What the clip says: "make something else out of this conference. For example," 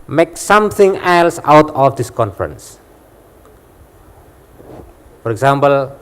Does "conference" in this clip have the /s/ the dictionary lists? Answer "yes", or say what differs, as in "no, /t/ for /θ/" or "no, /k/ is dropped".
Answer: yes